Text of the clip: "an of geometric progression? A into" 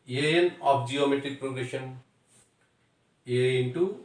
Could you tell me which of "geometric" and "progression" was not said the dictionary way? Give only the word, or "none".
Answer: none